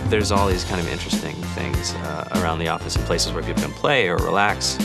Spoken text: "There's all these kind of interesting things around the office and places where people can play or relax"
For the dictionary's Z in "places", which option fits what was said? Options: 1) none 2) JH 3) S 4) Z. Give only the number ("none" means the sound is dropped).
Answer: 4